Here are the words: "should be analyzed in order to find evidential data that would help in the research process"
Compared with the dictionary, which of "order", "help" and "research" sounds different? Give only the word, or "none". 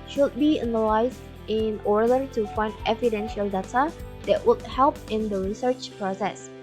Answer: none